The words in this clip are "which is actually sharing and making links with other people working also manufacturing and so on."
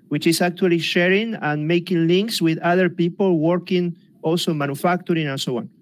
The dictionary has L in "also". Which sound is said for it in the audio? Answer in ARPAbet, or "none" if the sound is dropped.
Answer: L